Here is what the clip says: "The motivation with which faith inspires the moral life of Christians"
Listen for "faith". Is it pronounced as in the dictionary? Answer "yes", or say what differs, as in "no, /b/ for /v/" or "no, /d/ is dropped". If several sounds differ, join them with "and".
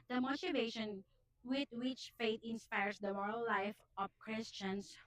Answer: no, /t/ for /θ/